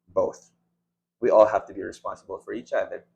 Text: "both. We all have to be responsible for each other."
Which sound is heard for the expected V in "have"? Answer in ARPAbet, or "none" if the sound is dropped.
F